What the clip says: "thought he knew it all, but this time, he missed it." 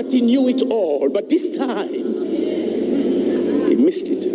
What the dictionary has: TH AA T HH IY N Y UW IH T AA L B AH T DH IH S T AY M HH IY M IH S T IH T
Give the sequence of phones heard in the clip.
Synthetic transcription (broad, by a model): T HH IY N Y UW IH T AA L B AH T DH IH S T AY M HH IY M IH S T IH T